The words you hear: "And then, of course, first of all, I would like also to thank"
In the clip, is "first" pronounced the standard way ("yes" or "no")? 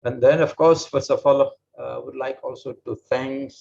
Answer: no